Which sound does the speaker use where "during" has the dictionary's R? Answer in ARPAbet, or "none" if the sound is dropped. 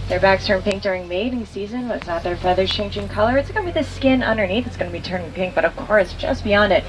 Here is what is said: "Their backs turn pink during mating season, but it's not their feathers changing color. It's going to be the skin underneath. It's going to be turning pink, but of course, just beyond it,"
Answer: R